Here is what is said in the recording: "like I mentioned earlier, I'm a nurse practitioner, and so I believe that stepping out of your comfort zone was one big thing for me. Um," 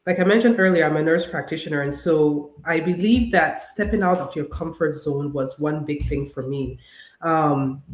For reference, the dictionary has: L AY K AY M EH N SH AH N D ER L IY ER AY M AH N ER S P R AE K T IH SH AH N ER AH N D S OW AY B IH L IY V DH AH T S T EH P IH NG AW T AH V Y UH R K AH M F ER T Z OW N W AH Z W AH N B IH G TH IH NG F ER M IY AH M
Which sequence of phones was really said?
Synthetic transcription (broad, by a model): L AY K AY M EH N SH AH N D ER L IY ER AY M AH N ER S P R AE K T IH SH AH N ER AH N S OW AY B IH L IY V DH AH T S T EH P IH NG AW T AH V Y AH R K AH M F ER T Z OW N W AH Z W AH N B IH G TH IH NG F ER M IY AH M